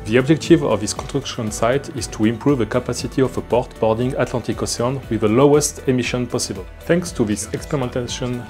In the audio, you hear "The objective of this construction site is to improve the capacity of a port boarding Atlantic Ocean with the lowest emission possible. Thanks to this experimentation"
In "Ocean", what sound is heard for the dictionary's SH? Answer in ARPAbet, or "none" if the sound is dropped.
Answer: S